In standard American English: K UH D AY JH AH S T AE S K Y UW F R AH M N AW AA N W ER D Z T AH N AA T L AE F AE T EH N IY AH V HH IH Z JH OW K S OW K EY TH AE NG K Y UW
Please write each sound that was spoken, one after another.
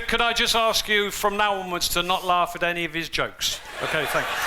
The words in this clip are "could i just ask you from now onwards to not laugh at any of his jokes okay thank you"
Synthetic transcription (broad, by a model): K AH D AY JH AH S T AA S K Y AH F R AH M N AW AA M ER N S T AH N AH T L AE F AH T EH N IY AH V IH Z JH OW K S OW K EY TH AE NG K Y